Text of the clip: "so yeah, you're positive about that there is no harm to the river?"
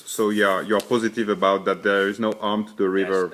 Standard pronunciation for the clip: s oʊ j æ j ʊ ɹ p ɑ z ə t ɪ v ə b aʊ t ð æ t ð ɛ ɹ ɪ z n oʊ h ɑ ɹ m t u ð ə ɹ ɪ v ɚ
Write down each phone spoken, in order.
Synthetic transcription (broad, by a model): s oʊ j æ j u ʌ p ɑ z ə t ɪ v ə b aʊ t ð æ t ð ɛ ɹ ɪ z n oʊ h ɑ ɹ m t u ð ə ɹ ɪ v ɚ